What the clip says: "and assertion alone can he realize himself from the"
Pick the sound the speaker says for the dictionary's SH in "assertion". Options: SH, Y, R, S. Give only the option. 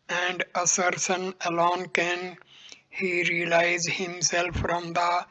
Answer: S